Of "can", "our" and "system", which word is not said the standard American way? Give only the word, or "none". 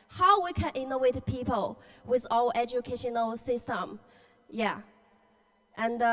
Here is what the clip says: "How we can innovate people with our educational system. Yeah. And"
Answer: our